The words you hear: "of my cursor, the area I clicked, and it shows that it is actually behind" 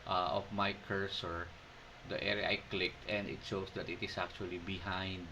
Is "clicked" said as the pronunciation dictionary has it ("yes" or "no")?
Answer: yes